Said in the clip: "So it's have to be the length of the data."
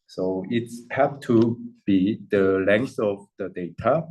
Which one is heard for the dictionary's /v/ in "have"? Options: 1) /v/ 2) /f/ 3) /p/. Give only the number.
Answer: 3